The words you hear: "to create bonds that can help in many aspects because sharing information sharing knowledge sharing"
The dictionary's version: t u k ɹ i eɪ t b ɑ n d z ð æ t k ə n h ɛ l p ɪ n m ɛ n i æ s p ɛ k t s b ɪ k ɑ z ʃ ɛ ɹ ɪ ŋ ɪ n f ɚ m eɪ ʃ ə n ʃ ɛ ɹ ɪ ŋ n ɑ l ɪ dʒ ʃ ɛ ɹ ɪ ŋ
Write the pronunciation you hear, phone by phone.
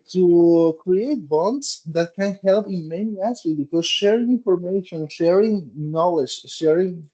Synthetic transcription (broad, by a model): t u k ɹ i eɪ t b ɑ n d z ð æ t k ə n h ɛ l p ɪ n m ɛ n i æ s ɛ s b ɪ k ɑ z ʃ ɛ ɹ ɪ ŋ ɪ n f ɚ m eɪ ʃ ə n ʃ ɛ ɹ ɪ ŋ n ɑ l ɪ dʒ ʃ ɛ ɹ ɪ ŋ